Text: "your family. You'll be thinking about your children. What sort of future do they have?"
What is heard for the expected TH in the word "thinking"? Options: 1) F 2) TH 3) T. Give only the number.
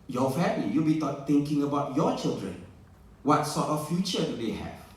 3